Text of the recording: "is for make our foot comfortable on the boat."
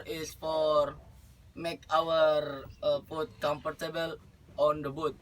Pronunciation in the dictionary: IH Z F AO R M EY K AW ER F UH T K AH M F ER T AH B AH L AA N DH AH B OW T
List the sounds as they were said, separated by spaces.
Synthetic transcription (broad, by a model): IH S F AO R M EY K AW ER P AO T K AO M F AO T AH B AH L AA N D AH B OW T